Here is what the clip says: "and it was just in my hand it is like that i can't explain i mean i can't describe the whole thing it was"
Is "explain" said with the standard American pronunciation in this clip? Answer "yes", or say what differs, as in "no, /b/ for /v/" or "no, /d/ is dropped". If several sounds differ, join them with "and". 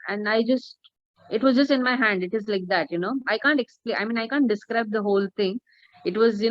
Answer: no, /n/ is dropped